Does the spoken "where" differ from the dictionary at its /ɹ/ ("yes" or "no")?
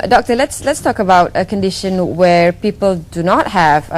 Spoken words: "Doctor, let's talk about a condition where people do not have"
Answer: no